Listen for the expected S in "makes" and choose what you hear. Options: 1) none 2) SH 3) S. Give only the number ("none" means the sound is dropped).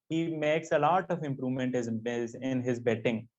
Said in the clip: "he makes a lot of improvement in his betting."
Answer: 3